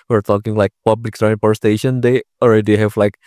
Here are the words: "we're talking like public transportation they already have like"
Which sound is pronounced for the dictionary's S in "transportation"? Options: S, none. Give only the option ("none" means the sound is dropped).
none